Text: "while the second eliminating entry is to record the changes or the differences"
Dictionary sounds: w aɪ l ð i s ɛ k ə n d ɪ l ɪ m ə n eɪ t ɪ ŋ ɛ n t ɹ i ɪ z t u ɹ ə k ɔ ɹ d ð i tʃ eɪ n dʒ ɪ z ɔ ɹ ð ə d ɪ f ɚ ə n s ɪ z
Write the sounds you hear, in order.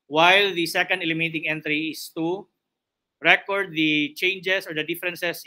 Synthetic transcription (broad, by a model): w aɪ l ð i s ɛ k ə n d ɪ l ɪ m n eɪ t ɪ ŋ ɛ n t ɹ i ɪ s t u ɹ ə k ɔ ɹ d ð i tʃ eɪ n dʒ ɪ s ɔ ɹ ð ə d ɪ f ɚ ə n s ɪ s